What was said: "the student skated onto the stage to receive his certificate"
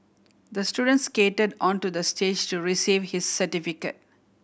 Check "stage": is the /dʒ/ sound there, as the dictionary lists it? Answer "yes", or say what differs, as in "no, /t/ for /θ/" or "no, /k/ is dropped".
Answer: yes